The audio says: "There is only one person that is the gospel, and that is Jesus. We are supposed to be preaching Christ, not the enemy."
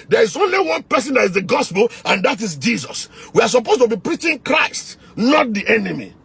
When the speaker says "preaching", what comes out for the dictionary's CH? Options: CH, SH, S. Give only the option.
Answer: CH